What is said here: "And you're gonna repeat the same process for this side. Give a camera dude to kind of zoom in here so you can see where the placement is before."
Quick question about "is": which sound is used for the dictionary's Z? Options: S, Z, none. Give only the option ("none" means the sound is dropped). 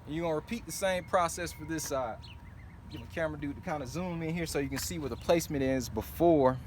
Z